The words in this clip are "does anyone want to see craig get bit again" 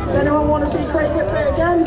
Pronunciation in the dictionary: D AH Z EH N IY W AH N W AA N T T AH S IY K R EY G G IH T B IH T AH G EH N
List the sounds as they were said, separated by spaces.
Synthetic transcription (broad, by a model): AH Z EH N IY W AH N W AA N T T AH S IY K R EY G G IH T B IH AH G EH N